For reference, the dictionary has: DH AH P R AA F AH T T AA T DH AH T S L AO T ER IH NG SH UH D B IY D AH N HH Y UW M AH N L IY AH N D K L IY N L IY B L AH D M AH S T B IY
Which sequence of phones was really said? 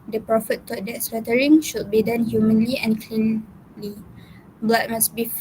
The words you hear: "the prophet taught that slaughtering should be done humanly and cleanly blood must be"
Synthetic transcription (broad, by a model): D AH P R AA F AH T T AA T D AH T S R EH T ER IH NG SH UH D B IY D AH N HH Y UW M AH N L IY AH N K L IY L IY B L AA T M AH S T B IY